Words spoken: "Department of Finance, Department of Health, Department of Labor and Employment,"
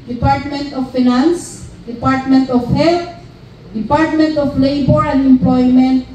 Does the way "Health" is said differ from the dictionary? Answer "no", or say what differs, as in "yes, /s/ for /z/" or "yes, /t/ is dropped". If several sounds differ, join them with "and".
yes, /t/ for /θ/